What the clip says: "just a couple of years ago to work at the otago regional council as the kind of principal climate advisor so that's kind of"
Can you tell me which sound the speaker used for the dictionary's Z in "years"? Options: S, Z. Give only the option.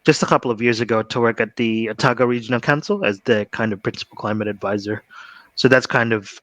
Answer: Z